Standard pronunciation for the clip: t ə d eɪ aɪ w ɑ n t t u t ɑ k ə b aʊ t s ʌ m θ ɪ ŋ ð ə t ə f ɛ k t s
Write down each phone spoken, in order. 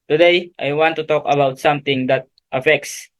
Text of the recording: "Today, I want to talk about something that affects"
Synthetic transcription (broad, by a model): t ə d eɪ aɪ w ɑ n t t u t ɑ k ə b aʊ t s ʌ m t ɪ ŋ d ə t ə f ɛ k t s